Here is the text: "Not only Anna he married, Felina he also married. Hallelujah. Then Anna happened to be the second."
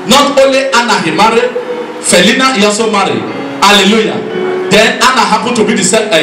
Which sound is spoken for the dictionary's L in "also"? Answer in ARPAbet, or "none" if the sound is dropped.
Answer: none